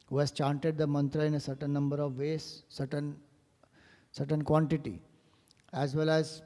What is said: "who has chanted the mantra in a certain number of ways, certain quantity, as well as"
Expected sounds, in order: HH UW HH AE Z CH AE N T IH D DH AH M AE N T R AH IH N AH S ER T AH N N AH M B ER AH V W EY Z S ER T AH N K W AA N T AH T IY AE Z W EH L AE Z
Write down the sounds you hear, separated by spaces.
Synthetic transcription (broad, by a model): HH UW HH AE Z CH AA N T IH D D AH M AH N T R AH IH N AH S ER T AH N N AH M B ER AH V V EY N S ER T AH N K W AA N T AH T IY AE Z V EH L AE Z